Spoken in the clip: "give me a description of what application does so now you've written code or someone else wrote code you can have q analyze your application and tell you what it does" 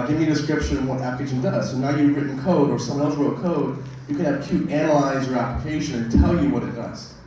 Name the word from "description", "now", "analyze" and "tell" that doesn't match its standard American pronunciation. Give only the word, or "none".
none